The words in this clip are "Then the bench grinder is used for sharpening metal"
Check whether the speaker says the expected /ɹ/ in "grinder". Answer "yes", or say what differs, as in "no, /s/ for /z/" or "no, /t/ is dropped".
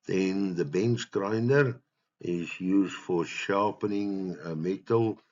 yes